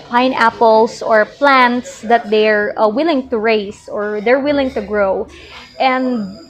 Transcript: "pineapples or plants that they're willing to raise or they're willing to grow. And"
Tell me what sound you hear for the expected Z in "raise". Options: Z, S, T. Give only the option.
S